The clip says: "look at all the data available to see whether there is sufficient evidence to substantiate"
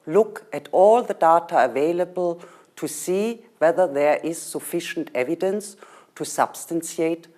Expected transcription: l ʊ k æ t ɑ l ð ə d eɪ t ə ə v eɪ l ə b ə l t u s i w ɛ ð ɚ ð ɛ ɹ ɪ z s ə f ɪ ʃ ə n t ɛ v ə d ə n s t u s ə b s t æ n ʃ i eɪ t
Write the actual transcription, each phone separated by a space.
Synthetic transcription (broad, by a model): l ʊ k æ t ɑ l ð ə d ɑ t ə ə v eɪ l ə b ə l t u s i w ɛ ð ɚ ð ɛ ɹ ɪ z s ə f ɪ ʃ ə n t ɛ v ə d ə n s t u s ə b s t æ n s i eɪ t